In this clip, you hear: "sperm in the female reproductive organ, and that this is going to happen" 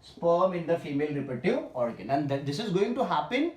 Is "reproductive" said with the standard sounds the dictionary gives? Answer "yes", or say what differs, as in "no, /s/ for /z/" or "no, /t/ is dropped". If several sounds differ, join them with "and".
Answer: no, /k/ is dropped and /v/ is dropped